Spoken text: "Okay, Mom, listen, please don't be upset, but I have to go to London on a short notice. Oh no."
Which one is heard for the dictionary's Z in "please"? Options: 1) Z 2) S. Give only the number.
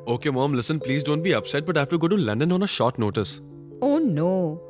1